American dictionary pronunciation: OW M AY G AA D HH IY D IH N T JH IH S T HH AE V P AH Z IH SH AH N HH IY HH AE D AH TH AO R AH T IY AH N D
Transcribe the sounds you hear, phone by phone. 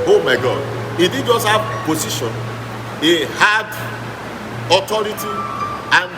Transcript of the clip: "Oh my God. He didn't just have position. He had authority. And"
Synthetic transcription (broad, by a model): OW M AY G AA D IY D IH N JH IH S T HH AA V P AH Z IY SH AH N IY HH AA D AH T AO R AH T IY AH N